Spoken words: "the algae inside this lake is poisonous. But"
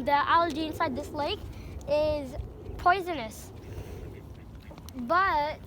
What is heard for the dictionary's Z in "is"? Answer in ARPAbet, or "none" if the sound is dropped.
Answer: Z